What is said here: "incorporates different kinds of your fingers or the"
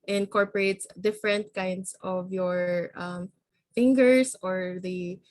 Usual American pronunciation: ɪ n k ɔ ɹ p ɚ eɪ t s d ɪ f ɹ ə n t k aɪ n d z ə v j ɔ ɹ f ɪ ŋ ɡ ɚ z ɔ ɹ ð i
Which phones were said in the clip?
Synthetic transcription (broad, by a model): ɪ n k ɔ ɹ p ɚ eɪ t s d ɪ f ɹ ə n t k aɪ n d s ə v j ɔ ɹ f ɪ ŋ ɡ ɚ s ɔ ɹ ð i